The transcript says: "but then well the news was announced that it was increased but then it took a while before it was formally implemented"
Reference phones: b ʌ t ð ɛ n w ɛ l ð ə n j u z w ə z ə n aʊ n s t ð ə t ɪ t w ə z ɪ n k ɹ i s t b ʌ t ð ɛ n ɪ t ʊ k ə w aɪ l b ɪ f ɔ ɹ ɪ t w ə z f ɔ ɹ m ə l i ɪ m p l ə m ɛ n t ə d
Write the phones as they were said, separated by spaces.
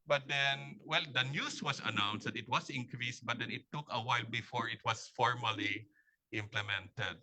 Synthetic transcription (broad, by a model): b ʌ t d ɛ n w ɛ l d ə n j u s w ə s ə n aʊ n s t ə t ɪ t w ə s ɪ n k ɹ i s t b ʌ t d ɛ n ɪ t ʊ k ə w aɪ l b ɪ f ɔ ɹ ɪ t w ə s f ɔ ɹ m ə l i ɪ m p l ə m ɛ n t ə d